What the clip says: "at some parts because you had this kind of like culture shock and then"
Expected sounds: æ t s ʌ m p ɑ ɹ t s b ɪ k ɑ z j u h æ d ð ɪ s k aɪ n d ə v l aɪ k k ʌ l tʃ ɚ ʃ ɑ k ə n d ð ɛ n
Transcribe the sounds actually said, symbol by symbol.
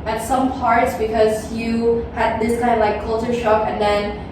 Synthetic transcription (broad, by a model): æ t s ʌ m p ɑ ɹ t s b ɪ k ɑ z j u h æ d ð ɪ s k aɪ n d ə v l aɪ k k ʌ l tʃ ɚ ʃ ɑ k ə n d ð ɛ n